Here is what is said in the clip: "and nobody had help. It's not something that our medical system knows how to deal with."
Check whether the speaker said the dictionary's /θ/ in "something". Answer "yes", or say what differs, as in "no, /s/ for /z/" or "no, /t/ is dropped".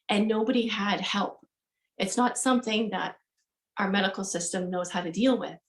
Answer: yes